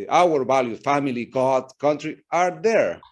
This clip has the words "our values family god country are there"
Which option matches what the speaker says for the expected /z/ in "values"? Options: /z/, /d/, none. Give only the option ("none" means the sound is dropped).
none